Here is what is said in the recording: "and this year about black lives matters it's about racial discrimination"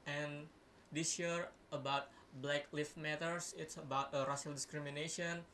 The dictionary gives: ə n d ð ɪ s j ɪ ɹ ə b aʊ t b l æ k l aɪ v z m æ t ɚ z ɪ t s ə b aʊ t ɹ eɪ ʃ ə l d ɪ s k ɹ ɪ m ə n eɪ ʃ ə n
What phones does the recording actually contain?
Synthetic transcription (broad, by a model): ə n d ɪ s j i ɹ ə b aʊ t b l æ k l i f m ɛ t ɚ s ɪ t s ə b aʊ t ɹ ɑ s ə l d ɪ s k ɹ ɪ m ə n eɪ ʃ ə n